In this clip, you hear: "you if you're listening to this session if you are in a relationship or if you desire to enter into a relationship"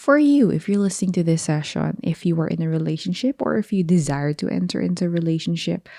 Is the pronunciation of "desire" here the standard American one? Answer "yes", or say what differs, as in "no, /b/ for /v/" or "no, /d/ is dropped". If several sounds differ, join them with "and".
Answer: yes